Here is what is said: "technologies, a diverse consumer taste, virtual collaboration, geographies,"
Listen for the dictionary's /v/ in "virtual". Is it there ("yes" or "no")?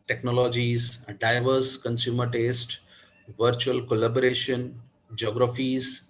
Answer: yes